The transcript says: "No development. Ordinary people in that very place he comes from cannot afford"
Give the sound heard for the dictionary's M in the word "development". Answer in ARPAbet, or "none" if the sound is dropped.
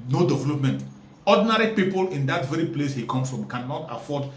M